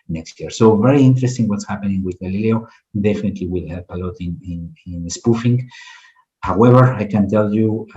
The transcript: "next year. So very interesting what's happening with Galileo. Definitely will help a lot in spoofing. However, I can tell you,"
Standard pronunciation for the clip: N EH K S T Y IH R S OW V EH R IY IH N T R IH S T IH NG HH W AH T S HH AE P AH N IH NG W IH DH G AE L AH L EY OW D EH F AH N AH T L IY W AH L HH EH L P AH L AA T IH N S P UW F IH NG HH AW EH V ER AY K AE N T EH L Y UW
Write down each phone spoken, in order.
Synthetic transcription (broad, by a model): N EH K S T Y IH R S OW V EH R IY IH N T R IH S T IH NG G W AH T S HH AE P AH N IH NG W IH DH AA L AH L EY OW D EH F AH N AH T L IY W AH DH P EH L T AH N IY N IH N S P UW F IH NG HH AW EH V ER AY K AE N T EH L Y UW